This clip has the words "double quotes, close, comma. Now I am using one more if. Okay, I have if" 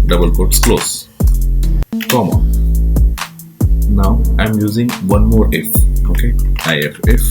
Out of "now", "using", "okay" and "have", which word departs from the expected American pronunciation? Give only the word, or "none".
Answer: have